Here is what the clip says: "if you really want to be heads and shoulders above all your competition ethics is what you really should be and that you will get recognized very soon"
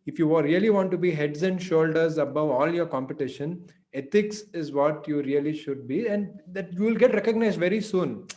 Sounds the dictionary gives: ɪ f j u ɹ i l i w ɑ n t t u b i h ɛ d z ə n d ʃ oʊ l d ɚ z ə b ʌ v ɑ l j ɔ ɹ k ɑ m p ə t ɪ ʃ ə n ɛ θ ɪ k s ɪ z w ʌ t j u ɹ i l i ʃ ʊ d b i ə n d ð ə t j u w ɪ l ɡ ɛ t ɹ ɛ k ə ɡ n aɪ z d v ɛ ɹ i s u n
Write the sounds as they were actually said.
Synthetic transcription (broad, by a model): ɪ f j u ɹ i l i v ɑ n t t u b i h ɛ d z ə n d ʃ oʊ l d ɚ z ə b ʌ v ɑ l j ɔ ɹ k ɑ m p ə t ɪ ʃ ə n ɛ t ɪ k s ɪ z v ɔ t j u ɹ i l i ʃ ʊ d b i ə n d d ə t j u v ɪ l ɡ ɛ t ɹ ɛ k ə ɡ n aɪ z d v ɛ ɹ i s u n